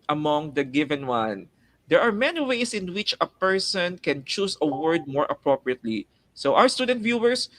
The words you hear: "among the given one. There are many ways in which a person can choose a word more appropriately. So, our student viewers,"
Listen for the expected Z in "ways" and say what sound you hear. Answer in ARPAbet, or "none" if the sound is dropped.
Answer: S